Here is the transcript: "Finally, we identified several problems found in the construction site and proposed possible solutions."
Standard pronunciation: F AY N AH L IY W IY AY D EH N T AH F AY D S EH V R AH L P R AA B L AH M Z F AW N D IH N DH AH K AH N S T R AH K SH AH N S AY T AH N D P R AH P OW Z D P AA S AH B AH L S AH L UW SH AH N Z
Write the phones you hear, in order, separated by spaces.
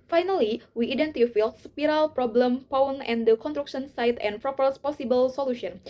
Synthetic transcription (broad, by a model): F AY N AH L IY W IY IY D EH N T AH F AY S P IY R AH L P R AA B L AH M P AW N IH N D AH K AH N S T R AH K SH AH N S AY T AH N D P R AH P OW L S P AA S AH B AH L S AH L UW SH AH N